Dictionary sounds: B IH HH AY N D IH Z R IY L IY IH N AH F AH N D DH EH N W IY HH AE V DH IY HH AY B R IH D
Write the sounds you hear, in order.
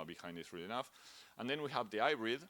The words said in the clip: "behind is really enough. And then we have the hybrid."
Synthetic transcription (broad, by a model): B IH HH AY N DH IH S R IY L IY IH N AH F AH N DH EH N W IY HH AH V DH IY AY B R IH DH